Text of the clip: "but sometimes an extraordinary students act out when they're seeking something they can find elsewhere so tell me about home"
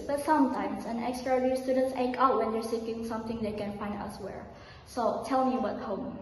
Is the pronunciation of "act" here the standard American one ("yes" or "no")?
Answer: no